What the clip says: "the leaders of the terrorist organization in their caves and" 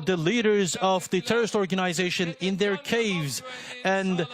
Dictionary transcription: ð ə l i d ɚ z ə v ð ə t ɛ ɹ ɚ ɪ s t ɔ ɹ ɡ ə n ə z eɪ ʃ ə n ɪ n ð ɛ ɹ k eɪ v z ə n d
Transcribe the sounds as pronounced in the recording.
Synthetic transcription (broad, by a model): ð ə l i d ɚ z ə v ð ə t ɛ ɹ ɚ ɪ s t ɔ ɹ ɡ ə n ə z eɪ ʃ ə n ɪ n ð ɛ ɹ k eɪ v z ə n